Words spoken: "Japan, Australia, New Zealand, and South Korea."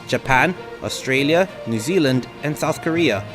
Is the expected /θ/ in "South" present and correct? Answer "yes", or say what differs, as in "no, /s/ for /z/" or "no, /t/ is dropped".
yes